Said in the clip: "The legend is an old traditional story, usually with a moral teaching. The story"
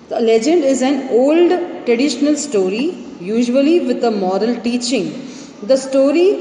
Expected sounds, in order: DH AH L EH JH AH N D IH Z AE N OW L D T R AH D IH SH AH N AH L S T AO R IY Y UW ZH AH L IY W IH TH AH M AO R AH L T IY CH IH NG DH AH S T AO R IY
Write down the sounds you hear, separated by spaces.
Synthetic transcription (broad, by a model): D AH L EH JH AH N D IH Z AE N OW L D T R AH D IH SH AH N AH L S T AO R IY Y UW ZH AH L IY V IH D AH M AO R AH L T IY CH IH NG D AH S T AO R IY